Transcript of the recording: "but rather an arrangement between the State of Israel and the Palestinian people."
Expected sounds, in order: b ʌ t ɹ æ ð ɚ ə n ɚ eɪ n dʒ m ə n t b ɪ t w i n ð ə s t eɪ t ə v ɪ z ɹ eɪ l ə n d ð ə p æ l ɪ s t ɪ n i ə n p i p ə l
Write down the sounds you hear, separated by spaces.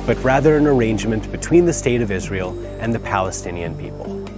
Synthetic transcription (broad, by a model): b ʌ t ɹ æ ð ɚ ə n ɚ eɪ n dʒ m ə n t b ɪ t w i n ð ə s t eɪ t ə v ɪ z ɹ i l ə n ð ə p æ l ɪ s t ɪ n i ə n p i p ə l